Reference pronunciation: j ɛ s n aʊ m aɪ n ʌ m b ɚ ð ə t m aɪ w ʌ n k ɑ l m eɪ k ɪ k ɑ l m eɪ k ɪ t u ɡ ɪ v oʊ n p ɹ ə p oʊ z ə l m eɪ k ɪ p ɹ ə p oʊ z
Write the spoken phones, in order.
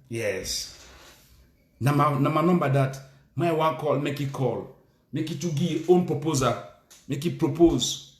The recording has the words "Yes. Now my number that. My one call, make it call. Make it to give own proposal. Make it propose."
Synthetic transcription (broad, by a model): j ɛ s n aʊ m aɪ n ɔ m b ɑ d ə t m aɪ w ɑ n k ɑ l m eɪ k ɪ k ɑ l m eɪ k ɪ t u ɡ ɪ oʊ n p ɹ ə p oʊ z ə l m eɪ k ɪ p ɹ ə p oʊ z